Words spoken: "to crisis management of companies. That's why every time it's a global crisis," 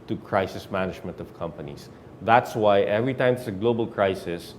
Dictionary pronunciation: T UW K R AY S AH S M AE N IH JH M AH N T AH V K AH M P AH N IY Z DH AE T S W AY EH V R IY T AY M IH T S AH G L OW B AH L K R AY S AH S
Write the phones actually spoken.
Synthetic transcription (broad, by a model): T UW K R AY S AH S M AE N IH JH M AH N T AH V K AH M P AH N IY S DH AE T S W AY EH V R IY T AY M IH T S AH G L OW B AH L K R AY S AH S